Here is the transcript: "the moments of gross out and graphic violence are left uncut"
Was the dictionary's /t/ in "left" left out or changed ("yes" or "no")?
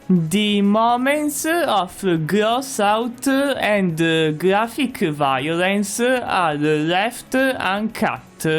no